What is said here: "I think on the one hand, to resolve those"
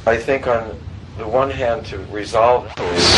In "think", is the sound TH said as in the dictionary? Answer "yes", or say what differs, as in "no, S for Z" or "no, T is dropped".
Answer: yes